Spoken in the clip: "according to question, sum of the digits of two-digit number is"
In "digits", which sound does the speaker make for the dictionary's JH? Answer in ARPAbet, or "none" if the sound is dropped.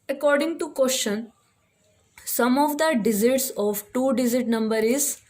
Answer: Z